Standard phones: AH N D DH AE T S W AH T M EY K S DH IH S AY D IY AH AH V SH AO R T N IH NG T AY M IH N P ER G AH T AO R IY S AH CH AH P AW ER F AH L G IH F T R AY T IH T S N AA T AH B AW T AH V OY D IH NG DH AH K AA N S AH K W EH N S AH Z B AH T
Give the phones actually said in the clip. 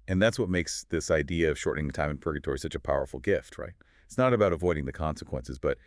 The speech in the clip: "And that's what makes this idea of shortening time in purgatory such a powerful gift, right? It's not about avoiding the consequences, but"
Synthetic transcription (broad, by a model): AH N DH AE T S W AH T M EY K S DH IH S AY D IY AH AH V SH AO R T N IH NG T AY M IH N P ER G AH T AO R IY S AH CH AH P AW ER F L G IH F T R AY T IH T S N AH T AH B AW T AH V OY D IH NG DH AH K AA N S AH K W EH N S AH Z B AH T